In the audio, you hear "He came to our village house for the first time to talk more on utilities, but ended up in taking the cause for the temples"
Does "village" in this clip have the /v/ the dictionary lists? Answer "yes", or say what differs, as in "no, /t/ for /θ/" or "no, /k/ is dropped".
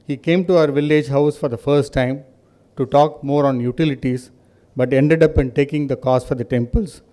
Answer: yes